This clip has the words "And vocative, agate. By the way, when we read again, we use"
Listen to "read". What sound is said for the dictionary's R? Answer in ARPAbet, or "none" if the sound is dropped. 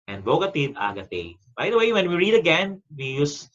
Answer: R